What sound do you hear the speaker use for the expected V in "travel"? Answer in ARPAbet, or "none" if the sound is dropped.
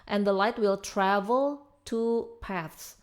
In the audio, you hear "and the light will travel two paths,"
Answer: V